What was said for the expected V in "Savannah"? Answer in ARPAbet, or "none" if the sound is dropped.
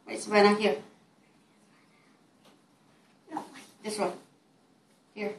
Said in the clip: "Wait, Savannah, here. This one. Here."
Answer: B